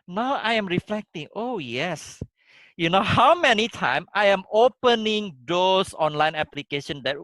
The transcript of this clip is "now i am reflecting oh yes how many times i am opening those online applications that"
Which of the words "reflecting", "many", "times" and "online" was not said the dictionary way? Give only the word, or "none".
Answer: times